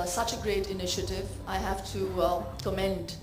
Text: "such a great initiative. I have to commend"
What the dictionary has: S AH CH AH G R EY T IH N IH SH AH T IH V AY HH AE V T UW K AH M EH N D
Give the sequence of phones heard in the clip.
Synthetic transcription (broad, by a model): S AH CH AH G R EY T IH N IH SH AH T IH V AY HH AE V T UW K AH M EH N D